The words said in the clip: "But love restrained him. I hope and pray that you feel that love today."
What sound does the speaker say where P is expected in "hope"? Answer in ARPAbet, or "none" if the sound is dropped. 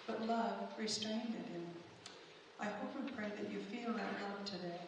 F